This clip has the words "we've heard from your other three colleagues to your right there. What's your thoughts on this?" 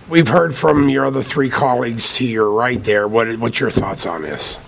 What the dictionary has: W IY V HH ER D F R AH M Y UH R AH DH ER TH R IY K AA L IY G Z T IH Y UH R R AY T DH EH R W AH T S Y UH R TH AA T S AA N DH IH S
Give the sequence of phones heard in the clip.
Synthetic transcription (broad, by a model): W IY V HH ER D F R AH M Y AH R AH DH ER TH R IY K AA L IY G Z T IH Y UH R R AY T DH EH R W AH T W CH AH R TH AA T S N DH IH S